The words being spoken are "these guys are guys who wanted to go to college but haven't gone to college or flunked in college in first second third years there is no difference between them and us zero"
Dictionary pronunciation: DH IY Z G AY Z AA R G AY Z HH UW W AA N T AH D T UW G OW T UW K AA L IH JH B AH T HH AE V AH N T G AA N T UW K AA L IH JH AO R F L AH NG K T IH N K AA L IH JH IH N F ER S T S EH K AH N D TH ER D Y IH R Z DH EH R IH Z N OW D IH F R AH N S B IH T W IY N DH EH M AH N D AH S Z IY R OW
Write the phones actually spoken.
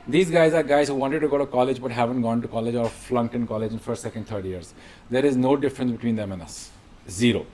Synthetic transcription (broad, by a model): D IY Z G AY Z AA R G AY Z HH UW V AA N T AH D T UW G OW T UW K AA L IH JH B AH T HH AE V AH N T G AA N T UW K AA L IH JH AO R F L AH NG K T IH N K AA L IH JH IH N F ER S T S EH K AH N D T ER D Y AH R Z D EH R IH Z N OW D IH F R AH N S B IH T W IY N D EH M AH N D AH S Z IY R OW